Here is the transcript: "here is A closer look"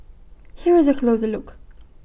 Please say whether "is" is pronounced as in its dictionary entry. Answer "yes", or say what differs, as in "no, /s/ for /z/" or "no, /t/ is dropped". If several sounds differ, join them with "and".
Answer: yes